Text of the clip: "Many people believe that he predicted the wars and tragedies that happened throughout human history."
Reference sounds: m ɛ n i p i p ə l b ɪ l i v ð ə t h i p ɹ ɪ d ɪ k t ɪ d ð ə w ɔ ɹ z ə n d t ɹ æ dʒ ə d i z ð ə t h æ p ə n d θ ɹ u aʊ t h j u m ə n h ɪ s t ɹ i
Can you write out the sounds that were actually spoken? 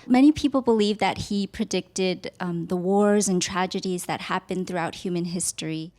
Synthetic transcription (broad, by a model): m ɛ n i p i p l b ɪ l i v ð ə t h i p ɹ ɪ d ɪ k t ɪ d ð ə w ɔ ɹ z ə n t ɹ æ dʒ ə d i z ð ə t h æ p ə n θ ɹ u aʊ t h j u m ə n h ɪ s t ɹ i